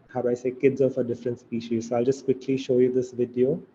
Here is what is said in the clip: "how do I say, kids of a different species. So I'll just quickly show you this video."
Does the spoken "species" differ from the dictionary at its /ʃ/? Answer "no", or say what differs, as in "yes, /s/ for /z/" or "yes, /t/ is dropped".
no